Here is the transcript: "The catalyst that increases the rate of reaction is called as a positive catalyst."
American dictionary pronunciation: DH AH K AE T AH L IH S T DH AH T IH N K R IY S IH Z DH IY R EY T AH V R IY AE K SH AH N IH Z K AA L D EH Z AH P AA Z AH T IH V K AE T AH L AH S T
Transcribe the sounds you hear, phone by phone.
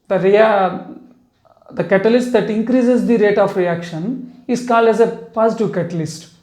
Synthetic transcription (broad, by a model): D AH K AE T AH L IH S T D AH T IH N K R IY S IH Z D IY R EY T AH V R IY AE K SH AH N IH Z K AA L D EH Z AH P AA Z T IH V K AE T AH L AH S T